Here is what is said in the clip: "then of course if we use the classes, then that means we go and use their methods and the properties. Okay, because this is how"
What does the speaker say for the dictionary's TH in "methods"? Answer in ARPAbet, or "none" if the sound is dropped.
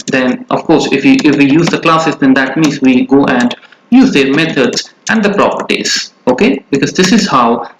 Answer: T